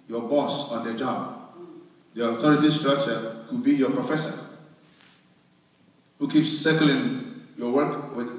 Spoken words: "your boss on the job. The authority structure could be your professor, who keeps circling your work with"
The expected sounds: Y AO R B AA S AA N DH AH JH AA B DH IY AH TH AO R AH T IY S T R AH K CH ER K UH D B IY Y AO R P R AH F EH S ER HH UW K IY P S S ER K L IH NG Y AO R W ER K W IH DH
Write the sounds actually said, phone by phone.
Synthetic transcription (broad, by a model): Y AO B AA S AA N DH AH JH AA B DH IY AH T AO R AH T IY S T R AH K CH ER K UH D B IY Y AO P R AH F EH S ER HH UW K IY P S S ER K L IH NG Y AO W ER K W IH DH